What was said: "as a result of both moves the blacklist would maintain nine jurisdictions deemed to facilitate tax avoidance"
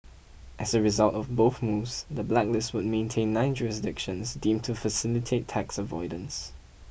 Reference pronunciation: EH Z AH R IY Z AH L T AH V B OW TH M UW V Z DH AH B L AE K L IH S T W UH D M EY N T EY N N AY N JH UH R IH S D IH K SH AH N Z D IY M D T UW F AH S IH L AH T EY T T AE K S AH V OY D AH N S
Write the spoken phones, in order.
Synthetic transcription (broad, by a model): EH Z AH R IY Z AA L T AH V B OW TH M UW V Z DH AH B L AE K L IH S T W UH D M EY N T EY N N AY N JH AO R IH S D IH K SH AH N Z D IY M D T UW F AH S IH L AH T EY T T AE K S AH V OY D AH N S